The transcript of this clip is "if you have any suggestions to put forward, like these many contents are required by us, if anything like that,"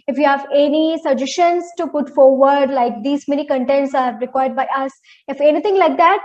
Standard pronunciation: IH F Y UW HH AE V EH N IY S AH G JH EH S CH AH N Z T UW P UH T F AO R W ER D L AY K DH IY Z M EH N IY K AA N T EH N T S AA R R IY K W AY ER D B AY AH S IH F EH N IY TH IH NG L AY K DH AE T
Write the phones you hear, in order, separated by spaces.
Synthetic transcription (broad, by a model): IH F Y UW HH AE V EH N IY S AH JH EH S SH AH N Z T UW P UH T F AO R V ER D L AY K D IY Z M EH N IY K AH N T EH N T S AA R R IY K W AY ER D B AY AH S IH F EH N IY T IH NG L AY K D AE T